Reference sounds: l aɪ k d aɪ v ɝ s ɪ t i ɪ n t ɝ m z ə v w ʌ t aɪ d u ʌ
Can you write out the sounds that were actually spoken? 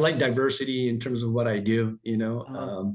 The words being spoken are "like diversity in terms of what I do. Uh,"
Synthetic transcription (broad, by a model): l aɪ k d aɪ v ɝ s ɪ t i ɪ n t ɝ m z ə v w ʌ t aɪ d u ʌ